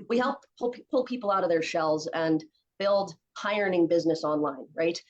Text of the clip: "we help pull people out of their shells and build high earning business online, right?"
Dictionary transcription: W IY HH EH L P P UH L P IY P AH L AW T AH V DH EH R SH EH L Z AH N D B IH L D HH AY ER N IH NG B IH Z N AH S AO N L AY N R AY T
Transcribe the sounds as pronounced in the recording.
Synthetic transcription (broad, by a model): W IY HH EH L P P UH L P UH P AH L AW T AH V DH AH R SH EH L Z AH N B IH L D HH AY ER N IH NG B IH Z N AH S AO N L AY N R AY T